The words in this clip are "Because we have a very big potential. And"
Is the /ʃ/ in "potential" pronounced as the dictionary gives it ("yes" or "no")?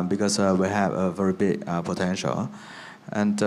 yes